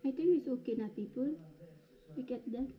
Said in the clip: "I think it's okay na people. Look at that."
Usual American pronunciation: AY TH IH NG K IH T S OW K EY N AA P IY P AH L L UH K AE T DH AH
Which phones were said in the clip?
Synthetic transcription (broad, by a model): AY T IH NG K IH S OW K EY N AA P IY P AH L W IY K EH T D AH